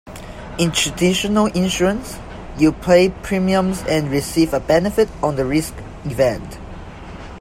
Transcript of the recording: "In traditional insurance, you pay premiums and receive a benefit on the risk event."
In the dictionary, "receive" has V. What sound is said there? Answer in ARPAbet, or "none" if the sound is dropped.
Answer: V